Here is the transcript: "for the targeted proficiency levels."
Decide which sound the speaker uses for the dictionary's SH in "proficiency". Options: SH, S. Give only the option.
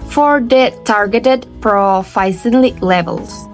S